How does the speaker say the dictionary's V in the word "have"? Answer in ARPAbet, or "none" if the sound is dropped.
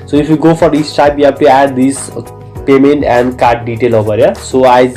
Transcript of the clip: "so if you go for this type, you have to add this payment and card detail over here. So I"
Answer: B